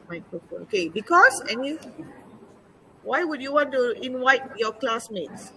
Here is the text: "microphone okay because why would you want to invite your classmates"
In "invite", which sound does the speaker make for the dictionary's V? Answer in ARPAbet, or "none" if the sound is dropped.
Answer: W